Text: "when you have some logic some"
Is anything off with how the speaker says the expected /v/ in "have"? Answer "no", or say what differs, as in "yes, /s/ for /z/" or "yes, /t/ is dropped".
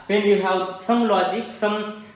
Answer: yes, /w/ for /v/